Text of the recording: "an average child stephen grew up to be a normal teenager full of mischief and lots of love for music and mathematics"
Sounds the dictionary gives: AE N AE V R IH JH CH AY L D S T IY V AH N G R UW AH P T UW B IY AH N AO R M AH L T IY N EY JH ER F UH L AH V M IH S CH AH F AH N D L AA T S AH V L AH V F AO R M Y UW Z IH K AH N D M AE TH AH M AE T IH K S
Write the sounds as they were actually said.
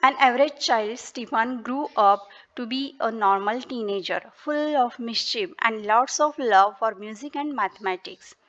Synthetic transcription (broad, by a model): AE N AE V R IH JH CH AY L D S T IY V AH N G R UW AH P T UW B IY AH N AO R M AH L T IY N EY JH ER F UH L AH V M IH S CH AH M AH N D L AA T S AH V L AH V F AO R M Y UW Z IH K AH N D M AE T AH M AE T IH K S